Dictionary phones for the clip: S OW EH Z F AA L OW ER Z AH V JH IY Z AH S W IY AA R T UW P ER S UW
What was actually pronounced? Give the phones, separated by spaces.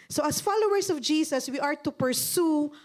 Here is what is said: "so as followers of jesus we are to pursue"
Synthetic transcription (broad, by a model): S OW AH S F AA L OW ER S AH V JH IY S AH S W IY AA R T UW P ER S UW